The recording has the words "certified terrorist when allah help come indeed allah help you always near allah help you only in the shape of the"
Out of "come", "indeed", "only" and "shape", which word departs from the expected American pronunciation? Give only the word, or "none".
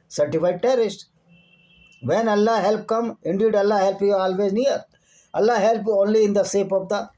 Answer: shape